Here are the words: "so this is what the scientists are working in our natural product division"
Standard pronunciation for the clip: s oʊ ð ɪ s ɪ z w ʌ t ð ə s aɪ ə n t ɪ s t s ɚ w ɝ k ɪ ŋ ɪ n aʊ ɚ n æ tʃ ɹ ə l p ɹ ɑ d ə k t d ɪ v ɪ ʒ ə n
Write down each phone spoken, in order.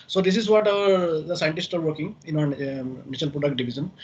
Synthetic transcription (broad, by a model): s oʊ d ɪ s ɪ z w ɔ t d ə s aɪ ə n t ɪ s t ɚ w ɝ k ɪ ŋ ɪ n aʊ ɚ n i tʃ ə l p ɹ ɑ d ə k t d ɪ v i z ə n